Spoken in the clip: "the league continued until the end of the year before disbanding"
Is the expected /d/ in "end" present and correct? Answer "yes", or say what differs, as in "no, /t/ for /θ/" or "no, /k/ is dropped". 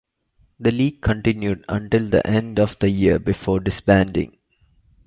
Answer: yes